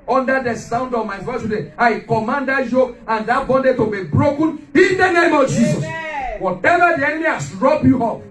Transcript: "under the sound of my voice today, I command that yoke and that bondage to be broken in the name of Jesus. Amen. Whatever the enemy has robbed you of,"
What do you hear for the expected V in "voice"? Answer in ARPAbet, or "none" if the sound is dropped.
F